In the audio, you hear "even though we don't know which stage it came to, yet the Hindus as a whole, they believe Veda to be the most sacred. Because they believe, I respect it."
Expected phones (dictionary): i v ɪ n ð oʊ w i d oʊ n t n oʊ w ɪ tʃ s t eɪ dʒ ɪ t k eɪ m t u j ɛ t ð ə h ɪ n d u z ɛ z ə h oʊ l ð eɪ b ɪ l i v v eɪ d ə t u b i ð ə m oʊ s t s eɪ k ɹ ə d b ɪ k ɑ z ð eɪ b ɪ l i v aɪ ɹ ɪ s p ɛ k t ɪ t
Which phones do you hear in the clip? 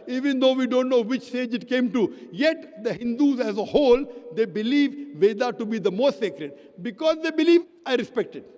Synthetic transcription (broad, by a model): i v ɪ n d oʊ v i d oʊ n t n oʊ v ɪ tʃ s t eɪ dʒ ɪ t k eɪ m t u j ɛ t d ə h ɪ n d u z ɛ z ə h oʊ l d eɪ b ɪ l i v v eɪ d ə t u b i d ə m oʊ s t s eɪ k ɹ ə d b ɪ k ɑ z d eɪ b ɪ l i v aɪ ɹ ɪ s p ɛ k t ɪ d